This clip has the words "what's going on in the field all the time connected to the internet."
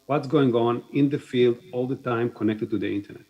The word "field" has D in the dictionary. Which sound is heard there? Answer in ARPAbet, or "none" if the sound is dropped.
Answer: D